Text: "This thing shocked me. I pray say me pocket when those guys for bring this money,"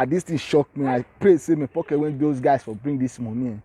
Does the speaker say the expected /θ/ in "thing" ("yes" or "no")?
no